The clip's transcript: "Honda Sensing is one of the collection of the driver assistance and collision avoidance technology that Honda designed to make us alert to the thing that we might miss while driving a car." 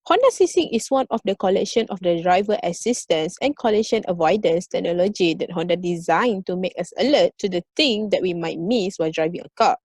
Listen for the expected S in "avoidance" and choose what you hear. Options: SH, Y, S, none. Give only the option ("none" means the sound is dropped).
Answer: S